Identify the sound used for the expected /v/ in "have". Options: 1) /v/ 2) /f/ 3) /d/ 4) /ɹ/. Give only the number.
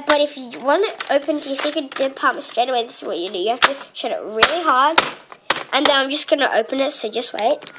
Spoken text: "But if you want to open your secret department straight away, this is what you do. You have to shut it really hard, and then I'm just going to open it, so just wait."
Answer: 2